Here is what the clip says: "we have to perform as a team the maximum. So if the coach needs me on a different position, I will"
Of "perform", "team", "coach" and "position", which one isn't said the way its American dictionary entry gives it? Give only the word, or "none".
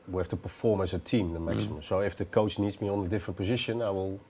none